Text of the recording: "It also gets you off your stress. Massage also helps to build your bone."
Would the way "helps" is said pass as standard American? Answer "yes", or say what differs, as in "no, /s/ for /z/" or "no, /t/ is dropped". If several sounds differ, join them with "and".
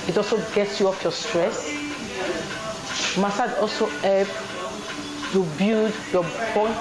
no, /s/ is dropped